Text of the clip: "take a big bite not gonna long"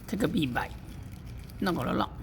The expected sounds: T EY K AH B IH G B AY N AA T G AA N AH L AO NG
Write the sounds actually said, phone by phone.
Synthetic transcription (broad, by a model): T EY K AH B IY B AY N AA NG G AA L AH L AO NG